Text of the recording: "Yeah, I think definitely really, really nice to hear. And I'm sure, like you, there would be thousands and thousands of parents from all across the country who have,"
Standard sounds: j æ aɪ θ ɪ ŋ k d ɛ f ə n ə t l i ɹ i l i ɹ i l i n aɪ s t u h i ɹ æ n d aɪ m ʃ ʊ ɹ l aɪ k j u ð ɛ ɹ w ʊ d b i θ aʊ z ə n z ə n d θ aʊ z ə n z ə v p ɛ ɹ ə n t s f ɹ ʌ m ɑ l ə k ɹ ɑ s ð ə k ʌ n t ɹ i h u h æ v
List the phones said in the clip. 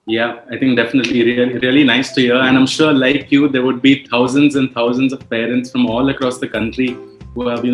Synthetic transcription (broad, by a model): j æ aɪ t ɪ ŋ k d ɛ f ə n ə t l i ɹ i l i ɹ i l i n aɪ s t u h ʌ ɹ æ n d aɪ m ʃ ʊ ɹ l aɪ k j u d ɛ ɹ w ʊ d b i t aʊ z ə n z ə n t aʊ z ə n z ə v p ɛ ɹ ə n t s f ɹ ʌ m ɑ l ə k ɹ ɑ s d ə k ʌ n t ɹ i h u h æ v